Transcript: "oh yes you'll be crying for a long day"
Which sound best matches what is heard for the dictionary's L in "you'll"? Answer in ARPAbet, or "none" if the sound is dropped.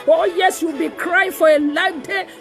W